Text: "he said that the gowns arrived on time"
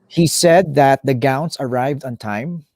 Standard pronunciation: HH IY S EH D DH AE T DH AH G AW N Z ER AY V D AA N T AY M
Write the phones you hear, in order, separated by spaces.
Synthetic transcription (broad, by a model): HH IY S EH D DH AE T DH AH G AW N S ER AY V D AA N T AY M